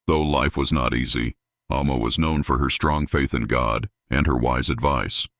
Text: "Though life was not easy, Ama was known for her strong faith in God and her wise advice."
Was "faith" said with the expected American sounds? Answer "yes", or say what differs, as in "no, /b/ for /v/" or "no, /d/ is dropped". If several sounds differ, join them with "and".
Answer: yes